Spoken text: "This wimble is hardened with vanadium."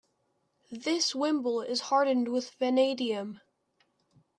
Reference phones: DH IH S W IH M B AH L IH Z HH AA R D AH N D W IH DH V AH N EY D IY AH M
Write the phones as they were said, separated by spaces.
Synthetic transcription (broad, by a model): DH IH S W IH M B L IH Z HH AA R D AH N D W IH DH V AH N EY D IY AH M